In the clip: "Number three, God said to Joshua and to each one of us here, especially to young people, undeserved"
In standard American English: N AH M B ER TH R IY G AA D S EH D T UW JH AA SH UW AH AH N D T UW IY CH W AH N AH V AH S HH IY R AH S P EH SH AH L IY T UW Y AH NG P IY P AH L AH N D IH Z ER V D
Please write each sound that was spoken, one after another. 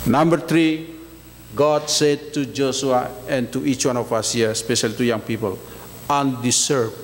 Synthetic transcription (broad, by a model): N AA M B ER T R IY G AA D S EH D T UW JH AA S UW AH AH N T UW IY CH W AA N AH F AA S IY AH S P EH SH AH L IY T UW Y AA NG P IY P AH L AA N D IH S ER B